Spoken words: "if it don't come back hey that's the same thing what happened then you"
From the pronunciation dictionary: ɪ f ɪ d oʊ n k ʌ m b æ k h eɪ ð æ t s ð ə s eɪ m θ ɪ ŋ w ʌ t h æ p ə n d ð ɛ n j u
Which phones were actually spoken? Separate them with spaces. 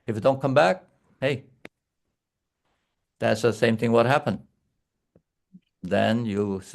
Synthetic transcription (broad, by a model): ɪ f ɪ d oʊ n k ʌ m b æ k h eɪ ð æ t s ð ə s eɪ m θ ɪ ŋ w ʌ t h æ p ə n d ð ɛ n j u